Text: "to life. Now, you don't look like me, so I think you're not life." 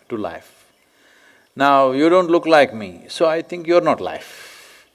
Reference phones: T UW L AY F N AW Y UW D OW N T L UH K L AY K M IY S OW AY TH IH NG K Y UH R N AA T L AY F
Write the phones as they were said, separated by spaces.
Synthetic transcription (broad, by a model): T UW L AY F N AW Y UW D OW N T L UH K L AY K M IY S OW AY T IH NG K Y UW R N AA T L AY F